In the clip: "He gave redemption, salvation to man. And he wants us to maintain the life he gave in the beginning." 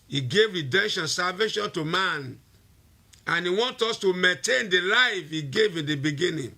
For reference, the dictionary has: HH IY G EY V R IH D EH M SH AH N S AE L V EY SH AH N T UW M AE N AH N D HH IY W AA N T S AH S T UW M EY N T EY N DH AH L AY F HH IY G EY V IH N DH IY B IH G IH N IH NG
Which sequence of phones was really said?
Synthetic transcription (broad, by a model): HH IY G EY V R IH D EH M SH AH N S AE L V EY SH AH N T UW M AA N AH N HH IY W AA N T AO S T UW M EY N T EY N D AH L AY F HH IY G EY V IH N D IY B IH G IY N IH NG